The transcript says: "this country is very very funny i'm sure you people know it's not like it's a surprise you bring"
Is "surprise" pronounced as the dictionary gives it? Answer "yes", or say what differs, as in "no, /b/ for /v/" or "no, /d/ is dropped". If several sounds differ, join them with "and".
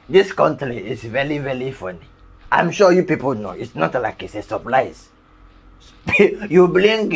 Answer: no, /l/ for /ɹ/